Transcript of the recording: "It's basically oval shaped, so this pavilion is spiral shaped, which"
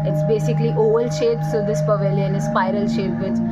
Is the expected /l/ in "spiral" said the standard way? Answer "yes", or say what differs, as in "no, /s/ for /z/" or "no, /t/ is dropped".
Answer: yes